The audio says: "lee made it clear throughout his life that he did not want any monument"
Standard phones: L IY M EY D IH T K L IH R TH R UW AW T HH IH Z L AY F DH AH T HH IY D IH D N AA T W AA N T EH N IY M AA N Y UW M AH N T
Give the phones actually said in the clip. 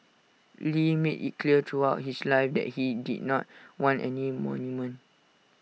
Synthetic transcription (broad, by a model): L IY M EY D IH T K L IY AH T R UW AW T HH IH S L AY F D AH T HH IY D IH D N AA T W AA N T EH N IY M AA N Y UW M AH N